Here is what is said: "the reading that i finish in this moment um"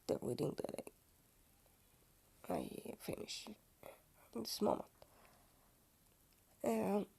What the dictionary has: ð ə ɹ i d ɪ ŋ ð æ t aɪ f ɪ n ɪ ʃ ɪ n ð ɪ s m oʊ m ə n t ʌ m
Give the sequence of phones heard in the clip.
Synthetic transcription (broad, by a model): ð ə w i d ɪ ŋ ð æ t aɪ f ɪ n ɪ ʃ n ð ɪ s m oʊ m ə n t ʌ